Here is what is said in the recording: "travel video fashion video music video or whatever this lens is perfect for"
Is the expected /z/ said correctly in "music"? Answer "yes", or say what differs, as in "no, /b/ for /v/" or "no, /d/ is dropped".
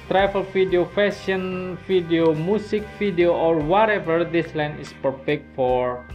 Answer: no, /s/ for /z/